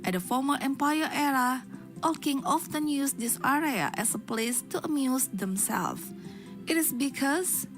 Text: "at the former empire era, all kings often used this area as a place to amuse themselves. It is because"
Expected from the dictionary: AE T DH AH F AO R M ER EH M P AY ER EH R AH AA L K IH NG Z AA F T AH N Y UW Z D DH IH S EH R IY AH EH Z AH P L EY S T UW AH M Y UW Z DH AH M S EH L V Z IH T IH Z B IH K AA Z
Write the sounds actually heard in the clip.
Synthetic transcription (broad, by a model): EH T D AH F AO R M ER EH M P AY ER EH R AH AA L K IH NG AA F T AH N Y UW S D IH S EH R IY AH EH S AH P L EY S T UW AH M Y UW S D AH M S EH L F IH T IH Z B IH K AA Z